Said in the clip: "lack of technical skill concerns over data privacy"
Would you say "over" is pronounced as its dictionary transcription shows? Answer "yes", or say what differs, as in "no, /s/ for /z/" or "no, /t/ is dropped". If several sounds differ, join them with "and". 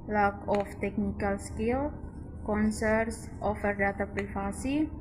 no, /f/ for /v/